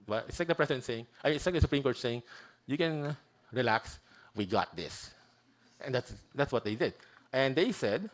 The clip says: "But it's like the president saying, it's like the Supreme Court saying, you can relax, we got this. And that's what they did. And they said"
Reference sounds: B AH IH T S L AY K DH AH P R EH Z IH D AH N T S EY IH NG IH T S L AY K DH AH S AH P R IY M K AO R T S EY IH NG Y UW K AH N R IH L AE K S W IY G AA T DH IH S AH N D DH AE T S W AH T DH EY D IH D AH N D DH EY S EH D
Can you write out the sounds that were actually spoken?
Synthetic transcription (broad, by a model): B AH IH T S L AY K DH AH P R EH S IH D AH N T S EY IH NG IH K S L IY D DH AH S AH P R IY M K AO R T S EY IH NG Y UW K AH N R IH L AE K S W IY G AA T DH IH S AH N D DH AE T S W AH T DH EY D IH D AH N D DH EY S EH D